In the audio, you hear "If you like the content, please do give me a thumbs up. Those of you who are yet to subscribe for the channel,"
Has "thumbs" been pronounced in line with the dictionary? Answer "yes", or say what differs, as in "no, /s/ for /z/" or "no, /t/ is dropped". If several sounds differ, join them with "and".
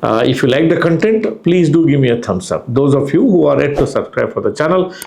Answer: no, /t/ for /θ/ and /s/ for /z/